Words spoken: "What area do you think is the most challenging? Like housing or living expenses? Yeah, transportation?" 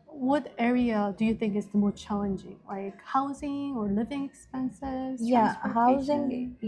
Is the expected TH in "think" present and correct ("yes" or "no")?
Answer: yes